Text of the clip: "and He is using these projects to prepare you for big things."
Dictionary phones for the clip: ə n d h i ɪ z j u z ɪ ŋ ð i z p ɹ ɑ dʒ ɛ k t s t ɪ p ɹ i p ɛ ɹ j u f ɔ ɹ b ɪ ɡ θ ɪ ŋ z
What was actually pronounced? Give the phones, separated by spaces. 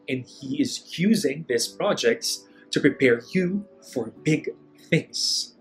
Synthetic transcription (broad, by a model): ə n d h i ɪ z j u z ɪ ŋ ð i s p ɹ ɑ dʒ ɛ k t s t ɪ p ɹ i p ɛ ɹ j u f ɔ ɹ b ɪ ɡ θ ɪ ŋ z